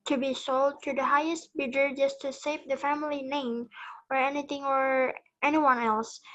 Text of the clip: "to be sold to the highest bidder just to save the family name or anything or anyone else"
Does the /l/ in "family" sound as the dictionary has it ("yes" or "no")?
yes